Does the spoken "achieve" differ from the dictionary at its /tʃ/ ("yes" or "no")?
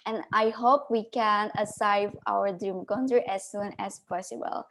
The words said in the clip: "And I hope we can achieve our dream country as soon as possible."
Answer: yes